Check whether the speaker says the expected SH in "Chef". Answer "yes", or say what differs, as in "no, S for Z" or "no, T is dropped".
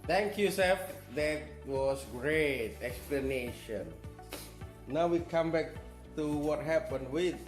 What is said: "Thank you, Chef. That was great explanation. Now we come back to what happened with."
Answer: no, S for SH